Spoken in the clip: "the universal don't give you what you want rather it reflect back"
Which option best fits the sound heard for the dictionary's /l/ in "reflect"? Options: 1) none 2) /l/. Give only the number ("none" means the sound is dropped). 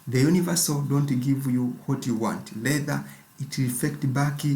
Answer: 1